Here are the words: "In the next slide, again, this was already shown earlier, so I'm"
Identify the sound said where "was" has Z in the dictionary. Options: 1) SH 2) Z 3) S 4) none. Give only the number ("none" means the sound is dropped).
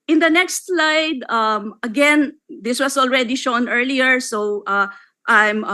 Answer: 3